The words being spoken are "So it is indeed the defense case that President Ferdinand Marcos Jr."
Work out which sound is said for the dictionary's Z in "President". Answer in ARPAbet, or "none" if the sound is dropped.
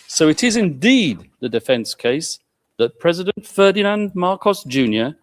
Z